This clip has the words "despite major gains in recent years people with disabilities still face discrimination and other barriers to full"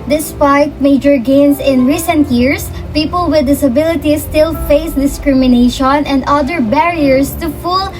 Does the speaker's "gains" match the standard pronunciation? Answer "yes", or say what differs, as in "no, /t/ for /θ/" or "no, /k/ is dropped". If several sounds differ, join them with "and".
no, /s/ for /z/